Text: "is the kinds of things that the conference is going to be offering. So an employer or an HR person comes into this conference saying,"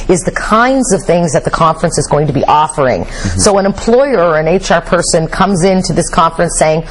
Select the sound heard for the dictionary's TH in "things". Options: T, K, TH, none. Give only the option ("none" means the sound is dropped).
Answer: TH